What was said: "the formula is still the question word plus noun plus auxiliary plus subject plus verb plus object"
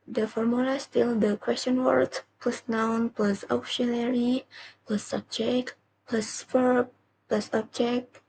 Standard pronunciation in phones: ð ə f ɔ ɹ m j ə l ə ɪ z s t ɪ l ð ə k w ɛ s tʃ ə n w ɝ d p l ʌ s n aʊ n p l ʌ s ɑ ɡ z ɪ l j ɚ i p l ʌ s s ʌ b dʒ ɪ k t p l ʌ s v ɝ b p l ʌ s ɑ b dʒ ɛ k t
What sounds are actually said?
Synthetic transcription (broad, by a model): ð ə f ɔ ɹ m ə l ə s t ɪ l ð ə k w ɛ s tʃ ə n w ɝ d p l ʌ s n aʊ n p l ʌ s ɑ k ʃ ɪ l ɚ i p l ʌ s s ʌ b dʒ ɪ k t p l ʌ s f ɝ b p l ʌ s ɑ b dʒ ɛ k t